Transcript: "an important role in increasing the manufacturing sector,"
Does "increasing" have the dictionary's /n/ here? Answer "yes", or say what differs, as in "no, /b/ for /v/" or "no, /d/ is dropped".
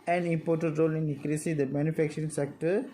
no, /n/ is dropped